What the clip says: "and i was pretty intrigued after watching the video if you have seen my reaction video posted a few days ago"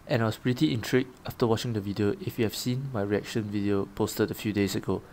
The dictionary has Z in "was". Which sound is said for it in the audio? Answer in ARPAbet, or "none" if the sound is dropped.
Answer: S